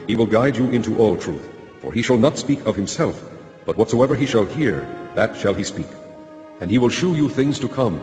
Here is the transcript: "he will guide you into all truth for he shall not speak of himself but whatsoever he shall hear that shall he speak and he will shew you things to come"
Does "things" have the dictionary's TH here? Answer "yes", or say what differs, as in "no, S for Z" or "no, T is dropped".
yes